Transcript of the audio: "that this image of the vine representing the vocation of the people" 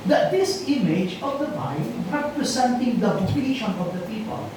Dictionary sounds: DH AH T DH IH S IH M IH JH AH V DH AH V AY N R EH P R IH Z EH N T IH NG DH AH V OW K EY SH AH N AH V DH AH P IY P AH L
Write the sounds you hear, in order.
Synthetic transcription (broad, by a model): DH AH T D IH S IH M IH JH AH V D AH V AY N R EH P R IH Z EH N T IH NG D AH P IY EY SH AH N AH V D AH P IY P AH L